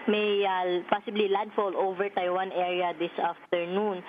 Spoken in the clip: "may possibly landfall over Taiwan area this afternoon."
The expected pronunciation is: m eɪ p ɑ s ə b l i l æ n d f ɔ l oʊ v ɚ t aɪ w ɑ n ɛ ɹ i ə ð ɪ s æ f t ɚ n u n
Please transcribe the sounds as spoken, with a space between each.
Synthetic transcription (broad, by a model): m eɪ p ɑ s ə b l i l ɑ d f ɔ l oʊ v ɚ t aɪ w ɑ n ɛ ɹ i ə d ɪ s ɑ f t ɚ n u n